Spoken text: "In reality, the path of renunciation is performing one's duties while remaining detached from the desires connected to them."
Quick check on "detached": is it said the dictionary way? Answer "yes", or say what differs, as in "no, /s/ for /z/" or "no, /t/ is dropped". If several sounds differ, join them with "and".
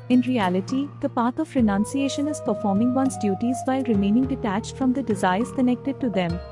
yes